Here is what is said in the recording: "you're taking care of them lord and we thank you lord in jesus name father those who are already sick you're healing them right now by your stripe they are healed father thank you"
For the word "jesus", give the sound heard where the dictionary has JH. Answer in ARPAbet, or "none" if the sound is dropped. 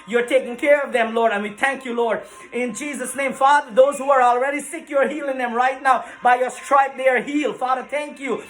JH